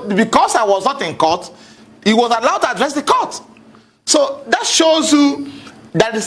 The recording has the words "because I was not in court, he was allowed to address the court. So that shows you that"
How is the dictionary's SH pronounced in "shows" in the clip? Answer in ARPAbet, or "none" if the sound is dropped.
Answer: SH